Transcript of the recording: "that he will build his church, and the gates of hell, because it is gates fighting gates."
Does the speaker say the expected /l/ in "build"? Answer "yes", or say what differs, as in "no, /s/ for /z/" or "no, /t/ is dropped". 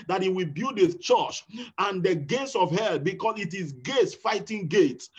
no, /l/ is dropped